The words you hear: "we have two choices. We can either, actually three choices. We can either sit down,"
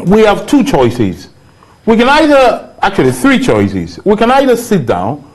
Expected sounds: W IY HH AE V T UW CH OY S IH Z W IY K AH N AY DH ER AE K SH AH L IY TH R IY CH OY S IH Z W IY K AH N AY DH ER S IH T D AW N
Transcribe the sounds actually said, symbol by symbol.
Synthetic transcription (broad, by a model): W IY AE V T UW CH OY S IH Z W IY K AH N AY DH ER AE K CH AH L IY TH R IY CH OY S IH Z W IY K AH N AY DH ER S IH T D AW N